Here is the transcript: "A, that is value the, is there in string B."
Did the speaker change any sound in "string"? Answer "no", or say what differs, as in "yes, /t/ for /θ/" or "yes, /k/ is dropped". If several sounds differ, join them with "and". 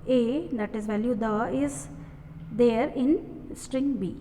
no